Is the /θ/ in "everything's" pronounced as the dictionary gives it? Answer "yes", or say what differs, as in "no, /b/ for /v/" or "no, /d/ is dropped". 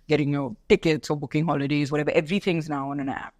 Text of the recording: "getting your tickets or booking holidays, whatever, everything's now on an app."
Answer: yes